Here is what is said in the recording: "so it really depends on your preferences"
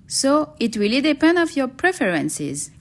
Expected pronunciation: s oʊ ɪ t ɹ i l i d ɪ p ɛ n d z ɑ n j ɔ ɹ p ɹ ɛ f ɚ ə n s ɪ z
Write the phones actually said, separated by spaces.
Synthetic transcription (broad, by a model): s oʊ ɪ t w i l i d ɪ p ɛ n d ɑ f j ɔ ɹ p ɹ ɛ f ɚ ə n s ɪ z